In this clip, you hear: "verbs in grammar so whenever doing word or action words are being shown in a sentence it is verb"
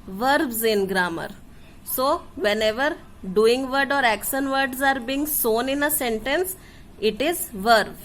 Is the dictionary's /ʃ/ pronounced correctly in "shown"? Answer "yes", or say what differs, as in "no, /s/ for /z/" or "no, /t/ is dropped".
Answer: no, /s/ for /ʃ/